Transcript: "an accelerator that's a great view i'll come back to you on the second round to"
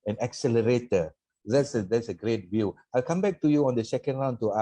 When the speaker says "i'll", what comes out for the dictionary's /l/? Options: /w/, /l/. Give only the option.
/l/